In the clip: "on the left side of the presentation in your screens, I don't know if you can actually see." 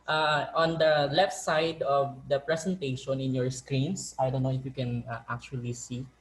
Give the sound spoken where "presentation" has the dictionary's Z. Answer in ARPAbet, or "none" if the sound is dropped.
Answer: S